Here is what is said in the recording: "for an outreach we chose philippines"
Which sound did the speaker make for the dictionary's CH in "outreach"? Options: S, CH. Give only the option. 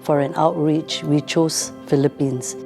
CH